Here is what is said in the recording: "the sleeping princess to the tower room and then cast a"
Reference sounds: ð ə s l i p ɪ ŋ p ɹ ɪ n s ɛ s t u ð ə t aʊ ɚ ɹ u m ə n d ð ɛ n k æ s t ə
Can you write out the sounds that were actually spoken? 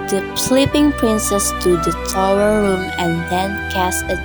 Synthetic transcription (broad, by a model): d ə s l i p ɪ ŋ p ɹ ɪ n s ɛ s t u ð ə t aʊ ɚ ɹ u m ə n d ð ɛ n k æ s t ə